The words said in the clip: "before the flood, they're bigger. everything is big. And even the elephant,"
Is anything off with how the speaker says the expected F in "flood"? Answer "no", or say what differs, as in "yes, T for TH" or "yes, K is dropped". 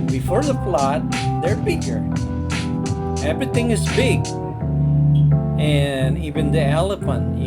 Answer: yes, P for F